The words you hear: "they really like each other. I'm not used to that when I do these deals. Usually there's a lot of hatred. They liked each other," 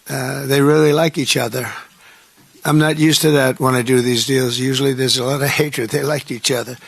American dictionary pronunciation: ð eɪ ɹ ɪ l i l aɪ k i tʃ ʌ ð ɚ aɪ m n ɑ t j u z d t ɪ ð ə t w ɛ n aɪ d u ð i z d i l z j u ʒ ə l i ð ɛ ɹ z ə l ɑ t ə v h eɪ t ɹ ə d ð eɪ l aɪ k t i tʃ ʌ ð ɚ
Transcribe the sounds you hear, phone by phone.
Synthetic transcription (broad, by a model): ð eɪ ɹ ɪ l i l aɪ k i tʃ ʌ ð ɚ aɪ m n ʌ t j u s t ɪ ð ə t w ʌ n aɪ d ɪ ð i z d i l z j u ʒ l i ð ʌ ɹ z ə l ɑ t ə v h eɪ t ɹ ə d ð eɪ l aɪ k t i tʃ ʌ ð ɚ